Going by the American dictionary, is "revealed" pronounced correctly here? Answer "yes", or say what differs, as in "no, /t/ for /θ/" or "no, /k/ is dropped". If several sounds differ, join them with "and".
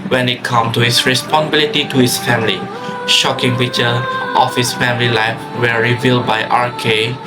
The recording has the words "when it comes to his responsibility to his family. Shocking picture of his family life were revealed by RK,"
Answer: yes